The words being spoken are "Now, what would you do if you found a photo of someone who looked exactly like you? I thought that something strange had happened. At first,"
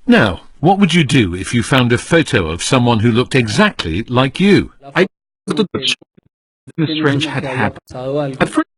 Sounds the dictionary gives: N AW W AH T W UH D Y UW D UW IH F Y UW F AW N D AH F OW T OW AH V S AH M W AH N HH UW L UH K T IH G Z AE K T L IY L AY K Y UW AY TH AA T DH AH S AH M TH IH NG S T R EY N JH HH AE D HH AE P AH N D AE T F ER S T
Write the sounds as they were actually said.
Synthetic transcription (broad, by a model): N AW W AH T W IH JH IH D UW IH F Y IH F AW N D AH F OW T OW AH V S AH M W AH N HH UW L UH K T IH G Z AE K T L IY L AY K Y UW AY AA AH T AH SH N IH S T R EY N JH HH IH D HH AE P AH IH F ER